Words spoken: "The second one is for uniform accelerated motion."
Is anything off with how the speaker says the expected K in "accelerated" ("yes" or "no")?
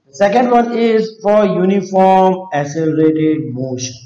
yes